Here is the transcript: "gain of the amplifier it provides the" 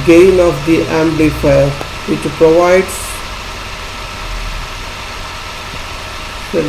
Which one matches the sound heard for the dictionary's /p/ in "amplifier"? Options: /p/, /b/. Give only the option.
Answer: /b/